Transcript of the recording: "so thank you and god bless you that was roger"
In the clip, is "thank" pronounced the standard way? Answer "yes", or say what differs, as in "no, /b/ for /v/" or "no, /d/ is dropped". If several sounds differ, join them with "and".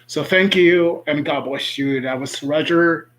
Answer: yes